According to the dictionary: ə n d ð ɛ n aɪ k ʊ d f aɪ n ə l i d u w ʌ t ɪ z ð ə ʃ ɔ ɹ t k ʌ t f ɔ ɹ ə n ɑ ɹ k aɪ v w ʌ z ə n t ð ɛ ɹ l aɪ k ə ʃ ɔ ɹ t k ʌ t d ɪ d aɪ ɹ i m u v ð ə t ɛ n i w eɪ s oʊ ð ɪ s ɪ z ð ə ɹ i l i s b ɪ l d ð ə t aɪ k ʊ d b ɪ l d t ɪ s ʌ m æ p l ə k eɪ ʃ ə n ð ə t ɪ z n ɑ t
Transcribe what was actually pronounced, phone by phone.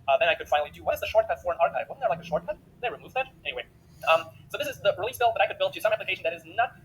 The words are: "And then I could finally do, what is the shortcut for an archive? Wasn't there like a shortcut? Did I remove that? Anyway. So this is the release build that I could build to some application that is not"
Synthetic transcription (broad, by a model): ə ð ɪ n aɪ k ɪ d f aɪ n l i d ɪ w ʌ t ɪ z ð ə ʃ ɔ ɹ t k ʌ t f ɔ ɹ ə n ɑ ɹ k aɪ v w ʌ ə t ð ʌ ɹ l aɪ k ə ʃ ɔ ɹ t k ʌ t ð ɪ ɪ ɹ i m u v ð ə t ɛ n i w eɪ s oʊ ð ɪ s ɪ z ð ə ɹ i l i s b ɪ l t ð ə t aɪ k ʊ d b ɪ l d t ɪ s ʌ m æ p l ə k eɪ ʃ n ð ə t ɪ z n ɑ t